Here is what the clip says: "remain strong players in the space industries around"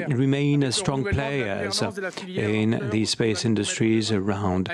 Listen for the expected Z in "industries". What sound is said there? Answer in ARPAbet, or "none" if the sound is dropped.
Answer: Z